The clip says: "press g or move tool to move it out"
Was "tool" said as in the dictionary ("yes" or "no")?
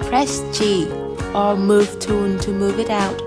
no